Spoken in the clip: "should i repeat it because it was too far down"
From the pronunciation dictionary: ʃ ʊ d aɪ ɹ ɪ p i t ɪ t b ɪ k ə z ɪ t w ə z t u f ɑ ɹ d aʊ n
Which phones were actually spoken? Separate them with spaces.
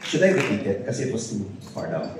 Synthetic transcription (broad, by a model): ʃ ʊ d aɪ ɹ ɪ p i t ɪ t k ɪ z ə ɪ t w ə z t u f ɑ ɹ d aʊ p